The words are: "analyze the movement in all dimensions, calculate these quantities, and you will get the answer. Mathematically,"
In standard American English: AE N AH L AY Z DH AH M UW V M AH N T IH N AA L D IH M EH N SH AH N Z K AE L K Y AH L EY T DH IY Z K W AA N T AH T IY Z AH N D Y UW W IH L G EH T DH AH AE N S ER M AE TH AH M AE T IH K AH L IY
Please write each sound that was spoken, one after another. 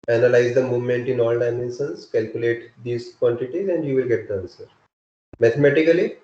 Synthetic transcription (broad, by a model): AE N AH L AY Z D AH M UW V M AH N T IH N AA L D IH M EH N S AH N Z K AE L K Y AH L EY T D IY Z K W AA N T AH T IY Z AH N D Y UW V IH L G EH T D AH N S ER M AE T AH M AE T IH K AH L IY